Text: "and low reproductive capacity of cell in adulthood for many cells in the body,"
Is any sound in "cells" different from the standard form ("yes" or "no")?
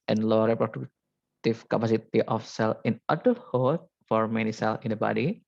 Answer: yes